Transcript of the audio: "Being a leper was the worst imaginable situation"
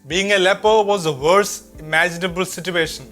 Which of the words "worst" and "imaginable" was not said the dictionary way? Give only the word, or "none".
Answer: worst